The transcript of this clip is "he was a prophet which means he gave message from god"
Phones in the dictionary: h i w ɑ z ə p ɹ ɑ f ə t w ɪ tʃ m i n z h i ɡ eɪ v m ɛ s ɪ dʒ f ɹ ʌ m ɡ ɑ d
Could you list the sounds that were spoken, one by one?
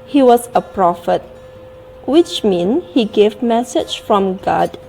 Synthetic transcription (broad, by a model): h i w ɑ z ə p ɹ ɑ f ə t w ɪ tʃ m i n h i ɡ eɪ v m ɛ s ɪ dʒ f ɹ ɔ m ɡ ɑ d